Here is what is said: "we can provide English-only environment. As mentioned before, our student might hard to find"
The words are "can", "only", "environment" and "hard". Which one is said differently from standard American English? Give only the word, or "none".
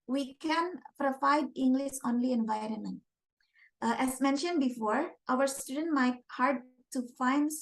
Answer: none